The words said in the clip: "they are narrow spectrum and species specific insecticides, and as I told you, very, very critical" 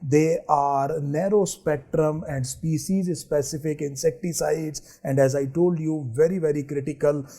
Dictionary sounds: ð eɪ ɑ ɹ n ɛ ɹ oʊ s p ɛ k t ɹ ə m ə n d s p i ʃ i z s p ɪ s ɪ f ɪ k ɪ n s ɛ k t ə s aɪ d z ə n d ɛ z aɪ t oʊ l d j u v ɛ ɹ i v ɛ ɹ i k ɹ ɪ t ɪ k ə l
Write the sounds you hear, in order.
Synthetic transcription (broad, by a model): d eɪ ɑ ɹ n ɛ ɹ oʊ s p ɛ k t ɹ ə m ə n d s p i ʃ i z s p ɪ s ɪ f ɪ k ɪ n s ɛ k t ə s aɪ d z ə n d ɛ z aɪ t oʊ l d j u v ɛ ɹ i v ɛ ɹ i k ɹ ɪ t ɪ k ə l